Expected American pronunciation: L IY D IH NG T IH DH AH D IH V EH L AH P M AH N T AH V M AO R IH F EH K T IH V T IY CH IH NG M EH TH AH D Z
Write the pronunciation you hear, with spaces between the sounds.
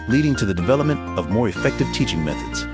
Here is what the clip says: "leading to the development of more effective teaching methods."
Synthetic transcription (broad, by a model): L IY D IH NG T IH DH AH D IH V EH L AH P M AH N T AH V M AO R IH F EH K T IH V T IY CH IH NG M EH TH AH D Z